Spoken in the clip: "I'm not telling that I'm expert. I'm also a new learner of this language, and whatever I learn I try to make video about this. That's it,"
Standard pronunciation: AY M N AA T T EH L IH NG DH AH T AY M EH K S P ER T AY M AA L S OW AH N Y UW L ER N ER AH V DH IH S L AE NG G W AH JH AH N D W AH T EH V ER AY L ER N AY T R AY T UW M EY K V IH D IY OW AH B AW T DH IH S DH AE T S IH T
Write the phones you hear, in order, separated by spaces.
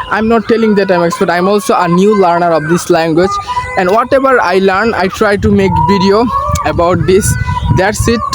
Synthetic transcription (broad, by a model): AY M N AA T T EH L IH NG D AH T AY M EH K S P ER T AY M AA L S OW AH N Y UW L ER N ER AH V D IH S L AE NG G W AH JH AH N D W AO T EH B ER AY L ER N AY T R AY T UW M EY K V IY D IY OW AH B AW T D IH S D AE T S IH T